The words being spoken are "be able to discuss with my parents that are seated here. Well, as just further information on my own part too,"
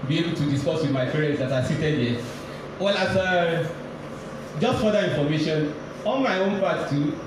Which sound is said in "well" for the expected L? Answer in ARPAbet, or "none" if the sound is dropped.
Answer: L